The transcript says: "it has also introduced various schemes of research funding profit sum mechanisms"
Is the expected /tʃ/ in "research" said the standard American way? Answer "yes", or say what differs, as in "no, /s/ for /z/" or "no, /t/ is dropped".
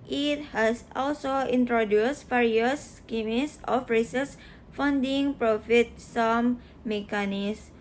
no, /s/ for /tʃ/